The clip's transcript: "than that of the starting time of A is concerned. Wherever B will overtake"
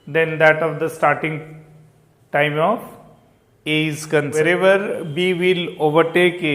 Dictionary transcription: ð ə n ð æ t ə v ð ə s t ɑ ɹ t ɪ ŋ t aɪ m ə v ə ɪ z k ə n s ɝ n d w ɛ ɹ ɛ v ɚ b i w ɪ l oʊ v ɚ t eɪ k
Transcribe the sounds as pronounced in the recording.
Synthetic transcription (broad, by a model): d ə n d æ t ə v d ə s t ɑ ɹ t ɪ ŋ t aɪ m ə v ə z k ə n ɝ d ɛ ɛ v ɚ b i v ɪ l oʊ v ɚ t eɪ k